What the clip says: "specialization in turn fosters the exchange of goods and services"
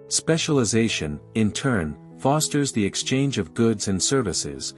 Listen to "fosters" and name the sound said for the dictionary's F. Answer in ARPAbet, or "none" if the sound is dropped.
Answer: F